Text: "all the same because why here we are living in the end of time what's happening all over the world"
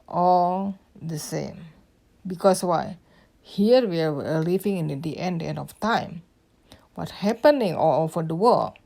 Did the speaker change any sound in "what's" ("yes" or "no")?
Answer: yes